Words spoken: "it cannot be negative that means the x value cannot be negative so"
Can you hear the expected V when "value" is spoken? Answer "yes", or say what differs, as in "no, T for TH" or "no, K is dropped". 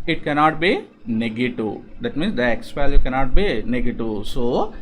no, P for V